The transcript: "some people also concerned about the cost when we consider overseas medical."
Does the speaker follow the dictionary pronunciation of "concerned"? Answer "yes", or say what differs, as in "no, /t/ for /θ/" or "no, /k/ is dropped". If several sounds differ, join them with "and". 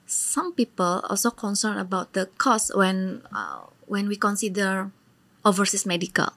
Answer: no, /d/ is dropped